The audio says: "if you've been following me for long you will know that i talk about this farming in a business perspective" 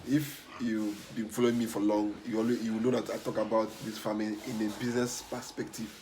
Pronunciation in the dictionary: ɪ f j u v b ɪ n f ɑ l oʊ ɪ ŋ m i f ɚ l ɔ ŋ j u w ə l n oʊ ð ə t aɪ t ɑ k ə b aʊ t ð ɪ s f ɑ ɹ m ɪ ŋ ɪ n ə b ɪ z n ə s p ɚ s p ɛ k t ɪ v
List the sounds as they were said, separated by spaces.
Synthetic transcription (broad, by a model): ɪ f j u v b ɪ n f ɑ l oʊ ɪ ŋ m i f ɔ l ɔ ŋ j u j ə w n oʊ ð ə t aɪ t ɑ k ə b aʊ t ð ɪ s f ɑ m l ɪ ɪ n ə b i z n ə s p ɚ s p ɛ k t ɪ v